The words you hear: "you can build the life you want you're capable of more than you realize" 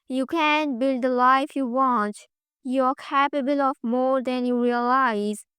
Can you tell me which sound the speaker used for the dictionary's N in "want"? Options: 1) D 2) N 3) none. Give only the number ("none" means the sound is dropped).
2